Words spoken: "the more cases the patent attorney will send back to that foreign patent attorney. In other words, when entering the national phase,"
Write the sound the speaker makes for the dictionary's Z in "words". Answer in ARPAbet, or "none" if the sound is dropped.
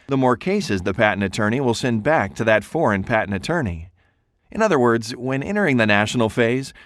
Z